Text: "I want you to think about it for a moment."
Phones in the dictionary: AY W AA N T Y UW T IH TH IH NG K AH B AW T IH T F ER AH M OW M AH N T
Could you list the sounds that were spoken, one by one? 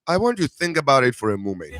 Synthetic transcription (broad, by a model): AY W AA N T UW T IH TH IH NG K AH B AW T IH T F ER AH M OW M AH N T